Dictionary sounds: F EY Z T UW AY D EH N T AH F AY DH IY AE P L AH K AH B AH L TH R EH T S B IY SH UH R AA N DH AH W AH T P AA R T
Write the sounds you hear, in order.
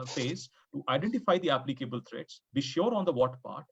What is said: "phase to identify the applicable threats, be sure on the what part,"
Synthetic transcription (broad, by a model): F EY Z T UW AY D EH N T AH F AY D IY AE P L AH K AH B AH L T R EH T S B IY SH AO R AA N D AH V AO T P AA R T